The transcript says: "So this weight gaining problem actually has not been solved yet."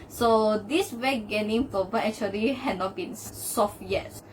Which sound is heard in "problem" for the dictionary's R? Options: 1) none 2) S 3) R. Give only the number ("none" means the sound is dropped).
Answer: 1